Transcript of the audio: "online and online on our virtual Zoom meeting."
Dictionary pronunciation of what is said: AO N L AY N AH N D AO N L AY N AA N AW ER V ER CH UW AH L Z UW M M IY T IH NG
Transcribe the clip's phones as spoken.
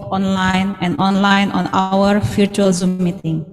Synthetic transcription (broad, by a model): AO N L AY N AH N D AO N L AY N AA N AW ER F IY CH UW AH L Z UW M M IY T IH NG